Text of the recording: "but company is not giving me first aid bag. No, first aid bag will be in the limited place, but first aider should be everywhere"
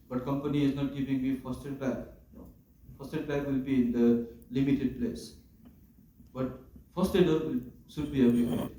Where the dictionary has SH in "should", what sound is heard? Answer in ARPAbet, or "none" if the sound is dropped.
S